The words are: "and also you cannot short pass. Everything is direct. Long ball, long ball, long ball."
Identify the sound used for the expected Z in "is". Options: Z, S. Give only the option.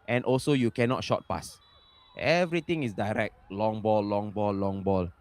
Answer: S